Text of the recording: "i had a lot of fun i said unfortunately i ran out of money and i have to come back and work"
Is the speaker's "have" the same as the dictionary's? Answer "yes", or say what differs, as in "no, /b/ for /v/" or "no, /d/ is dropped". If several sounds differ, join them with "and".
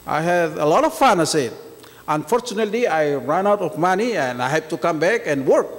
no, /p/ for /v/